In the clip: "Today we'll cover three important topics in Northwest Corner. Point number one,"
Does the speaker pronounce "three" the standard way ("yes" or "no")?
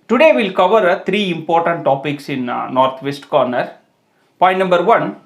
no